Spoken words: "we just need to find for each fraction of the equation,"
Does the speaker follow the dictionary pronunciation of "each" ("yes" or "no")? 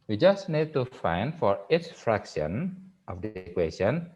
no